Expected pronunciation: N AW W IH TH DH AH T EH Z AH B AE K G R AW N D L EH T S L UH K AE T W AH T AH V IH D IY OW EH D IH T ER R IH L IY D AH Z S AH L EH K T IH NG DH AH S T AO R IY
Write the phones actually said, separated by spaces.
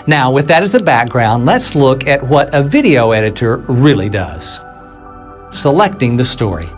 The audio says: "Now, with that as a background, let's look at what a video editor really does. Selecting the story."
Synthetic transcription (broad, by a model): N AW W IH DH AH T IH Z AH B AE K G R AW N D L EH T S L UH K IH T W AH T AH V IH D IY OW EH D IH T ER R IH L IY D AH Z S AH L EH K T IH NG DH AH S T AO R IY